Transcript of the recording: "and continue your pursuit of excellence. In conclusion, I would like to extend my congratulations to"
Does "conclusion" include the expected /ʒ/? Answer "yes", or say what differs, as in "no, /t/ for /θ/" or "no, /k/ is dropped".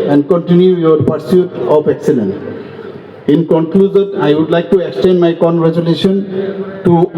no, /z/ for /ʒ/